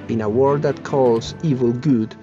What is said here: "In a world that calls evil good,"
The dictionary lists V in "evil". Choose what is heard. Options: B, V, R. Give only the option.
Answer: V